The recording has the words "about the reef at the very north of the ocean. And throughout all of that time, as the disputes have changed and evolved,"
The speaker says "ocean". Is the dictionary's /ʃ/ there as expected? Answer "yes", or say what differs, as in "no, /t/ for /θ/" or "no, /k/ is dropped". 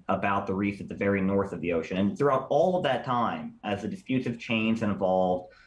yes